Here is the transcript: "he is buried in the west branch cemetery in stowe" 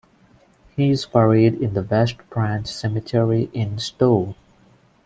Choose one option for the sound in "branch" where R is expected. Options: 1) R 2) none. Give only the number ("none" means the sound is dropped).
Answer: 1